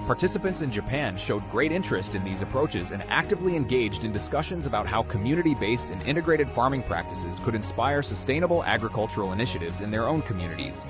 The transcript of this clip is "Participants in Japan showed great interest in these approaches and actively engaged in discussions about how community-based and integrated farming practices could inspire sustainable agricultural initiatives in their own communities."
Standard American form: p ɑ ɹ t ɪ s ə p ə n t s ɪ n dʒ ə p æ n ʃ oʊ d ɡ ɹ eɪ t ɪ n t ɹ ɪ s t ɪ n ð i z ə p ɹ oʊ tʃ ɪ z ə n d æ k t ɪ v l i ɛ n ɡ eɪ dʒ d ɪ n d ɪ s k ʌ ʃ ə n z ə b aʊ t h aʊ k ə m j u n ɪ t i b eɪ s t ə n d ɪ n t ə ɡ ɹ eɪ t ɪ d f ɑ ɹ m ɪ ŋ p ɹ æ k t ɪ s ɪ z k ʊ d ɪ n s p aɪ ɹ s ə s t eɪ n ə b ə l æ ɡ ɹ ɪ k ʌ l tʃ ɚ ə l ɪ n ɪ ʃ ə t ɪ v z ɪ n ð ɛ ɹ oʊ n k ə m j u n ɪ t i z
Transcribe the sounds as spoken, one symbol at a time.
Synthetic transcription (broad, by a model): p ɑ ɹ t ɪ s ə p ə n t s ɪ n dʒ ə p æ n ʃ oʊ d ɡ ɹ eɪ t ɪ n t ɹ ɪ s t ɪ n ð i z ə p ɹ oʊ tʃ ɪ z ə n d æ k t ɪ v l i ɛ n ɡ eɪ dʒ d ɪ n d ɪ s k ʌ ʃ ə n z ə b aʊ t h aʊ k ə m j u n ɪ t i b eɪ s t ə n ɪ n t ə ɡ ɹ eɪ t ɪ d f ɑ ɹ m ɪ ŋ p ɹ æ k t ɪ s ɪ z k ʊ d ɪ n s p aɪ ɹ s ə s t eɪ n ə b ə l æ ɡ ɹ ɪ k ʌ l tʃ ɚ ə l ɪ n ɪ ʃ ə t ɪ v z ɪ n ð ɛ ɹ oʊ n k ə m j u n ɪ t i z